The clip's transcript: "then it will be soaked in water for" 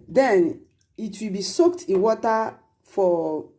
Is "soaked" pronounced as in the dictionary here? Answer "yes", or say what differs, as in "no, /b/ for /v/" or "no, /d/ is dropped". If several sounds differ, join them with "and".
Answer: yes